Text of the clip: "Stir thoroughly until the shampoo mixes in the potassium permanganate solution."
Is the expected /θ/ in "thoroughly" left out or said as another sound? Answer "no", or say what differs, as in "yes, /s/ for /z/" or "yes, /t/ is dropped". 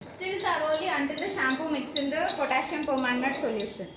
yes, /s/ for /θ/